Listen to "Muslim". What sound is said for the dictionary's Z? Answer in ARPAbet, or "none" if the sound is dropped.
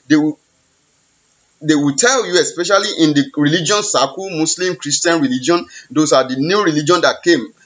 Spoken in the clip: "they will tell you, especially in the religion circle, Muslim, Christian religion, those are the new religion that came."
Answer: S